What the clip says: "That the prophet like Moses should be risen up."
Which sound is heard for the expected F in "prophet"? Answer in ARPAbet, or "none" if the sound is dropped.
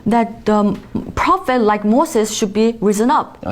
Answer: F